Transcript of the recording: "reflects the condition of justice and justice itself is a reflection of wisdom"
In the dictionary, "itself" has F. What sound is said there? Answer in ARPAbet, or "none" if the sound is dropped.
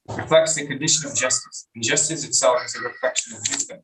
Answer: none